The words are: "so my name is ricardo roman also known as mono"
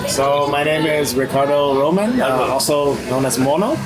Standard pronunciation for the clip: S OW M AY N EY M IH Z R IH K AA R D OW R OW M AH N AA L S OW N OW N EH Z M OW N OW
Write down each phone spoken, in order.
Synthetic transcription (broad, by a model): S OW M AY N EY M IH Z R IH K AA R D OW R OW M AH N AA L S OW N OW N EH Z M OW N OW